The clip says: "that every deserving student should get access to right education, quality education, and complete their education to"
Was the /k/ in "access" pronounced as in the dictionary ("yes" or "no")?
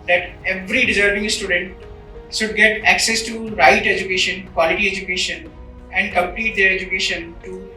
yes